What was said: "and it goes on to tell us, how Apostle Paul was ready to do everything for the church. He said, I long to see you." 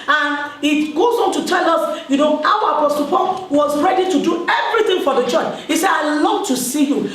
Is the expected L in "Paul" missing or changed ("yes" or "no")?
yes